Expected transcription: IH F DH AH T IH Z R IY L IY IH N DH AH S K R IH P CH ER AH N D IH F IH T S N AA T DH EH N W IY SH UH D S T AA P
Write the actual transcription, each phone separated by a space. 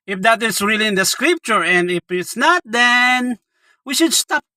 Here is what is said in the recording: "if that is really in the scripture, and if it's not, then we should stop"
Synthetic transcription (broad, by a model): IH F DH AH T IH S R IY L IY IH N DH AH S K R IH P CH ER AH N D IH F IH T S N AA T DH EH N W IY SH UH D S T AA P